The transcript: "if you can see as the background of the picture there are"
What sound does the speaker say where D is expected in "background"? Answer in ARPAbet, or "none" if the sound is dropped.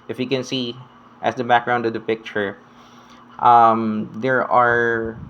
D